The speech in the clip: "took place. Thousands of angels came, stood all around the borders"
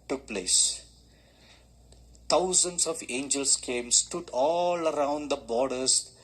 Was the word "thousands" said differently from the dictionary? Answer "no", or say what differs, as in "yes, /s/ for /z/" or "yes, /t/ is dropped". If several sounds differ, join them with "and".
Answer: yes, /t/ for /θ/